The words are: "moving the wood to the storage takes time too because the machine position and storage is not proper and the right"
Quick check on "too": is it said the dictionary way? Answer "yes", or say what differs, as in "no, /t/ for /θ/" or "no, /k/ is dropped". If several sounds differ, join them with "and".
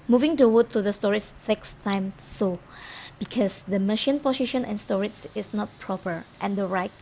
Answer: no, /s/ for /t/